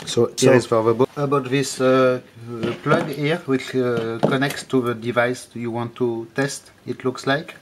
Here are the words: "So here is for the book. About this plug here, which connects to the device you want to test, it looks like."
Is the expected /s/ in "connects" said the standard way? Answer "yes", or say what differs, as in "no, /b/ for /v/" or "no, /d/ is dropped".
yes